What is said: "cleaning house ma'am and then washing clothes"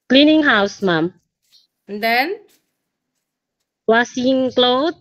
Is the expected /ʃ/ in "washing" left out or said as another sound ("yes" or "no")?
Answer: yes